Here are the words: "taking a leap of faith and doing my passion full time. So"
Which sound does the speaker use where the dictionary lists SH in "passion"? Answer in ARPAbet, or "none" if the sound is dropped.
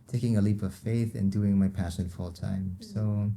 SH